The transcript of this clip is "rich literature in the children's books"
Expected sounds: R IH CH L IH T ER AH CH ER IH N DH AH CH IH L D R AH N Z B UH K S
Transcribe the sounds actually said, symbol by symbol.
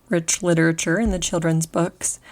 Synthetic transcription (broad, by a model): R IH CH L IH T ER AH CH ER IH N DH AH CH IH L D R AH N Z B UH K S